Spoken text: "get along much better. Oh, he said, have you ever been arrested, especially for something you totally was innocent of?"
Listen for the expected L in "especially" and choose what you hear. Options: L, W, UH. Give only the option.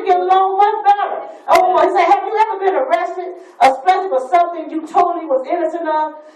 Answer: W